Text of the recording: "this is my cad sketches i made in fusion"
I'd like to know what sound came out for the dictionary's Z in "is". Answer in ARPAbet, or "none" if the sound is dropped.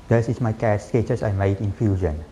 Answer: S